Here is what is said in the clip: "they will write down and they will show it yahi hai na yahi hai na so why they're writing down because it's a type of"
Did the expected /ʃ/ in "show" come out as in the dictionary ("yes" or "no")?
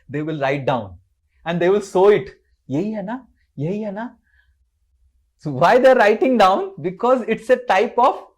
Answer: no